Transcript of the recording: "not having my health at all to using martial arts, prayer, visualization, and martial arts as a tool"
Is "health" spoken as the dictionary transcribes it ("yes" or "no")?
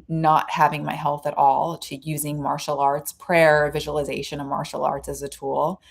yes